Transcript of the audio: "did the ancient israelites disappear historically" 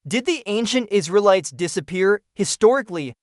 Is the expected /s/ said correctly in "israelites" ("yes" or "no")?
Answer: yes